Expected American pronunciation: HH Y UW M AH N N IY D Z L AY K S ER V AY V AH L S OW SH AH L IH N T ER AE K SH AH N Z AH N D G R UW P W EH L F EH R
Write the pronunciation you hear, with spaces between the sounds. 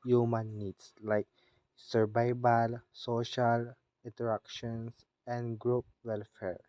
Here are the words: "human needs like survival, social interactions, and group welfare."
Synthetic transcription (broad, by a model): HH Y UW M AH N N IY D S L AY K S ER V AY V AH L S OW SH AH L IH N T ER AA K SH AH N S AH N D G R UW P W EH L F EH R